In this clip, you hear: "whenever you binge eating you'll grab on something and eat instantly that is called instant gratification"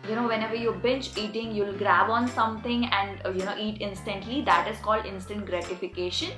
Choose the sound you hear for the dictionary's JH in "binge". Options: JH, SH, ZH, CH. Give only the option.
CH